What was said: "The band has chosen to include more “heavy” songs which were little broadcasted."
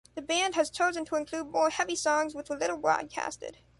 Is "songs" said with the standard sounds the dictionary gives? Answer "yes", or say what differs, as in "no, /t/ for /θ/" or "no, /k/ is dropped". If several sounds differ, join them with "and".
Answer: yes